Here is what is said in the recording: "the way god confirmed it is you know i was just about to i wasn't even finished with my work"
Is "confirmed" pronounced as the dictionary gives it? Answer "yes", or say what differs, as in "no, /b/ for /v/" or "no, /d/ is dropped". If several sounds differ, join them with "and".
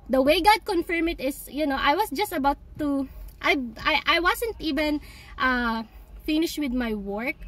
no, /d/ is dropped